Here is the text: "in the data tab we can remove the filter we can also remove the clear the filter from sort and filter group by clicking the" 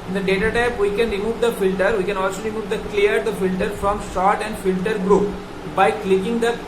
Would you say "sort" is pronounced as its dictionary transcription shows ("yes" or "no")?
no